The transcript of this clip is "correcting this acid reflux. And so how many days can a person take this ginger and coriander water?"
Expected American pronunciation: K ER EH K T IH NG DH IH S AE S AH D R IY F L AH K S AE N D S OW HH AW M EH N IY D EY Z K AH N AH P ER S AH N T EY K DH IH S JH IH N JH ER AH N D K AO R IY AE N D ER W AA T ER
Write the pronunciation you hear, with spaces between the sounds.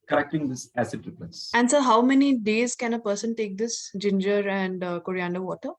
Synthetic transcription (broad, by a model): K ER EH K T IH NG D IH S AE S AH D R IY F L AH S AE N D S OW HH AW M EH N IY D EY Z K AH N AH P ER S AH N T EY K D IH S JH IH N JH ER AH N D K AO R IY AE N D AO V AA T ER